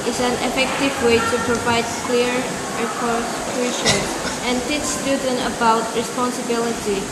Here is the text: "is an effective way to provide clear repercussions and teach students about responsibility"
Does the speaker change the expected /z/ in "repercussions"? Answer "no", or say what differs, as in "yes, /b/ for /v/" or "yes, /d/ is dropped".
yes, /z/ is dropped